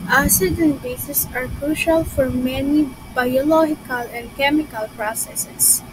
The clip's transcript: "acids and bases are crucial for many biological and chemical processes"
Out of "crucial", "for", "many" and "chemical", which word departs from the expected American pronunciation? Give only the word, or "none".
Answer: none